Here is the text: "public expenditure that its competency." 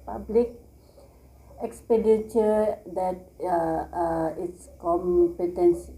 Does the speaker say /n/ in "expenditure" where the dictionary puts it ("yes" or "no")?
no